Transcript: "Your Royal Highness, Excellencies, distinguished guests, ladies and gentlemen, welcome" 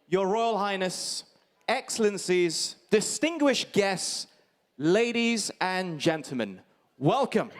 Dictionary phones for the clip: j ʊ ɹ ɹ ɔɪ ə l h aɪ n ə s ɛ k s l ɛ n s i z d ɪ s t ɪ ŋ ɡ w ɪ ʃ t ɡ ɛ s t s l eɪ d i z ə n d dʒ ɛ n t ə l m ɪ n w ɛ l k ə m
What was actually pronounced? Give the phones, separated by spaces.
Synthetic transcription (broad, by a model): j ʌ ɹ ɹ ɔɪ ə l h aɪ n ə s ɛ k s l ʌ n s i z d ɪ s t ɪ ŋ ɡ w ɪ ʃ ɡ ɛ s t s l eɪ d i z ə n dʒ ɛ n t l m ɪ n w ɛ l k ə m